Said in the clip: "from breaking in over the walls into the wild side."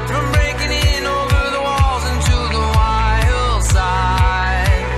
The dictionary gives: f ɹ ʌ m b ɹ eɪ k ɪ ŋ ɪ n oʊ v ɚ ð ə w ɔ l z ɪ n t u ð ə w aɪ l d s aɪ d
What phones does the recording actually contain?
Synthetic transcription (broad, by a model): f ɹ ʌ m b ɹ eɪ k ɪ ŋ ɪ n oʊ v ɚ ð ə w ɔ l z ɪ n t u ð ə w aɪ l s aɪ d